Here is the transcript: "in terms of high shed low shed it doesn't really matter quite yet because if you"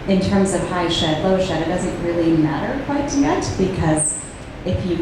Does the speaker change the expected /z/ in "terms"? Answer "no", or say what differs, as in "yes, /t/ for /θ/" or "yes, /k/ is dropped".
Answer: no